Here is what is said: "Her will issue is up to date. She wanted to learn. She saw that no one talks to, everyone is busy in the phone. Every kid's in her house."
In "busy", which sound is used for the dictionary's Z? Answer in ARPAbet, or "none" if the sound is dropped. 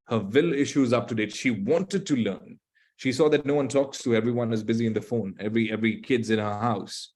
Z